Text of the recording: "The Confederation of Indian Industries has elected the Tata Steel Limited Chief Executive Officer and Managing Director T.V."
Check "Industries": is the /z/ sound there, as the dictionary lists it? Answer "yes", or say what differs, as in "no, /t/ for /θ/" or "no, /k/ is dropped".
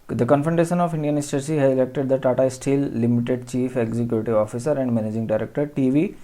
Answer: no, /z/ is dropped